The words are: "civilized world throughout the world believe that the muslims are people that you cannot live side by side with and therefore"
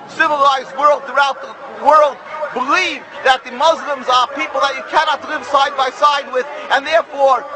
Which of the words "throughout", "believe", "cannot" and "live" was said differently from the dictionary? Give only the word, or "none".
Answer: none